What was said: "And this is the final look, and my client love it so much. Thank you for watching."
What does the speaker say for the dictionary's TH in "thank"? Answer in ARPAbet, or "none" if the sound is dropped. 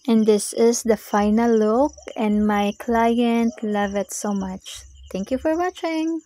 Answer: T